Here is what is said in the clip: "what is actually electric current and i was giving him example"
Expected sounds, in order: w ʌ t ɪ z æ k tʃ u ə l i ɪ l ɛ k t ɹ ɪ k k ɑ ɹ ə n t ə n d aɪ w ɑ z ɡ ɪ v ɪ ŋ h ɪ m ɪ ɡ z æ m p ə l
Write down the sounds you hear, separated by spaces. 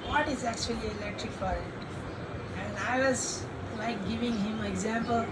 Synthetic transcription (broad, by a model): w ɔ t ɪ z æ k tʃ u ə l i ɪ l ɛ k t ɹ ɪ k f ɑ ɹ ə t ə n d aɪ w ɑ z ɡ ɪ v ɪ ŋ h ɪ m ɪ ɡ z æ m p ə l